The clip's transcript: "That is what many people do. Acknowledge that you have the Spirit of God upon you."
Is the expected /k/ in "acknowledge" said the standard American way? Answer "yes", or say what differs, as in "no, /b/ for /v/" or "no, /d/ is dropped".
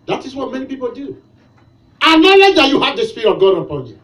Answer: no, /k/ is dropped